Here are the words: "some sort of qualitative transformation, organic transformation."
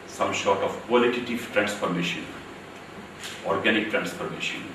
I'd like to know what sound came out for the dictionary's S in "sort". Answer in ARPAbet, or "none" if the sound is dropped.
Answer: SH